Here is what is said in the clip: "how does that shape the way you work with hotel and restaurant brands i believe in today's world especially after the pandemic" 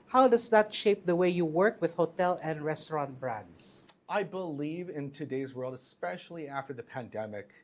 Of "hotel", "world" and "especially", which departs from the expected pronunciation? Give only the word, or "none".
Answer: none